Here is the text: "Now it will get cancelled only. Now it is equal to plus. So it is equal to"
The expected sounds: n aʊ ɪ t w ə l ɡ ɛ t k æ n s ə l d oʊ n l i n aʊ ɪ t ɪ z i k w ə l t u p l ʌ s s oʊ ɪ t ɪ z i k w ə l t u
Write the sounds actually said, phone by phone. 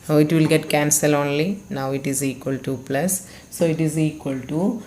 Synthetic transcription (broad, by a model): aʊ ɪ t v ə l ɡ ɛ t k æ n s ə l oʊ n l i n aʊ ɪ t ɪ z i k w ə l t u p l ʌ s s oʊ ɪ t ɪ z i k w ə l t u